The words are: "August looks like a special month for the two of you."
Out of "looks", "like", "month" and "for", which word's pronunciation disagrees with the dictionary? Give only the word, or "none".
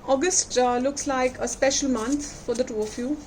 month